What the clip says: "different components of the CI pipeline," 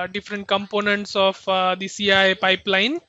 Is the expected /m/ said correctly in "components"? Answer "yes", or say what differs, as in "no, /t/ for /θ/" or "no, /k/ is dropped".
yes